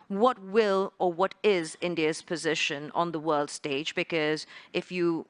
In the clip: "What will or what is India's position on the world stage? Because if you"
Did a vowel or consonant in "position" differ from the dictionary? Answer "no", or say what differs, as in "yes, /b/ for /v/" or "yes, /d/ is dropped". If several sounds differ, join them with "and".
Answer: no